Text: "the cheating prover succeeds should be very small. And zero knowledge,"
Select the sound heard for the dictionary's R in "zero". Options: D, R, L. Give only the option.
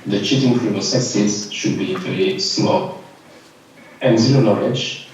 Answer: L